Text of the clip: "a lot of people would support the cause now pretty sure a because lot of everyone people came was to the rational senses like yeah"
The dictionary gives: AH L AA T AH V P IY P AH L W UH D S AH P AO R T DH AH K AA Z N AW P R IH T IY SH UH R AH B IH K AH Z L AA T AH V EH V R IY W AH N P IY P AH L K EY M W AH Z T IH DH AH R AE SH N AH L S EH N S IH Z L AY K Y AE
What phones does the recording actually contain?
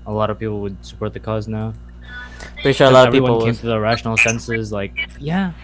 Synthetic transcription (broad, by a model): AH L AA T AH V P IY P L W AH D S AH P AO R T DH AH K AA Z N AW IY UH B AH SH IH AH L AA T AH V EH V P IY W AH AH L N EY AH T IH DH AH R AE SH N L S EH N S IH Z L AY K Y AE